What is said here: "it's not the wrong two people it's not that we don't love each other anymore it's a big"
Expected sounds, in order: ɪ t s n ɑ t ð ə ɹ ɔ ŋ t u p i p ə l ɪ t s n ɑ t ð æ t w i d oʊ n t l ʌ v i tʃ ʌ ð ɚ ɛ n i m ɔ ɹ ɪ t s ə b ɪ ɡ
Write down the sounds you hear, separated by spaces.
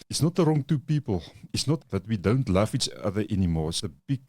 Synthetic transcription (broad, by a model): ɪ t s n ɑ t ð ə ɹ ɔ ŋ t u p i p ə l ɪ t s n ɑ t ð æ t w i d oʊ n t l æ f i tʃ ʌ ð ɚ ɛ n i m ɔ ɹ ɪ t s ə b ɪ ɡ